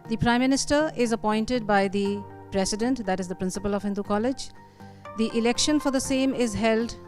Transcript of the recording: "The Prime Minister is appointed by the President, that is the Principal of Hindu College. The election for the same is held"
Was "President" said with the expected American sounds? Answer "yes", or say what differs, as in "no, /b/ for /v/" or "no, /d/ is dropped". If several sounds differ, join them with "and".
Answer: no, /s/ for /z/